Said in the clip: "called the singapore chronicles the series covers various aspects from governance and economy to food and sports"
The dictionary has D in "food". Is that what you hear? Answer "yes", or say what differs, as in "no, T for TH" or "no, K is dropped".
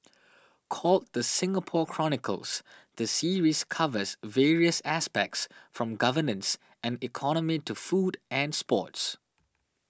yes